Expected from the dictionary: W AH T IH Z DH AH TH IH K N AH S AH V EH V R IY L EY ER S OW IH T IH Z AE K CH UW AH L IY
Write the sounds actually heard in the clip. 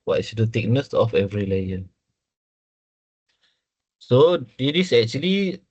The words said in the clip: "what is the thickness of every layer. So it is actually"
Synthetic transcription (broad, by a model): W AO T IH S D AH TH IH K N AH S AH F EH V R IY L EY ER S OW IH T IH S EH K CH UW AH L IY